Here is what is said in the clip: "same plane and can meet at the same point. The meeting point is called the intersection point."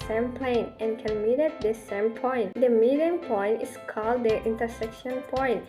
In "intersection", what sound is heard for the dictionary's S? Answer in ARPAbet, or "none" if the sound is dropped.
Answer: S